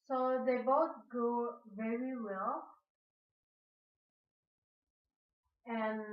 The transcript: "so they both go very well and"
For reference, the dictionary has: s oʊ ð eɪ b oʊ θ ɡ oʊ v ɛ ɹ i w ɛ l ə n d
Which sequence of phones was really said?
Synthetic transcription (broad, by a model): s oʊ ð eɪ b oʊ t ɡ oʊ v ɛ ɹ i w ɛ l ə n